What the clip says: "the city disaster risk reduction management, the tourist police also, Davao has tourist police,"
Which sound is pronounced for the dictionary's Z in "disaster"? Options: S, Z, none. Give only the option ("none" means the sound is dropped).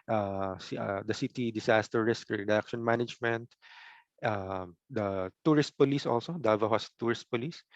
S